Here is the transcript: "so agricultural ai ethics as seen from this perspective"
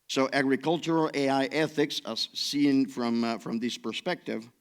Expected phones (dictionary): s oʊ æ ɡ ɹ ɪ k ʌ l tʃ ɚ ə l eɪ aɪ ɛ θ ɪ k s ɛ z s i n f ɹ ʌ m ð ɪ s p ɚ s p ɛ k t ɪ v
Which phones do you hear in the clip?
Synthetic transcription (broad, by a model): s oʊ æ ɡ ɹ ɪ k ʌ l tʃ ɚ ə l eɪ aɪ ɛ θ ɪ k s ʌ s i n f ɹ ʌ m ð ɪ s p ɚ s p ɛ k t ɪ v